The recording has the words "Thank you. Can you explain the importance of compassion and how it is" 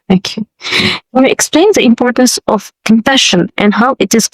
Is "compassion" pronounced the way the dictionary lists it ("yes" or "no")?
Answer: no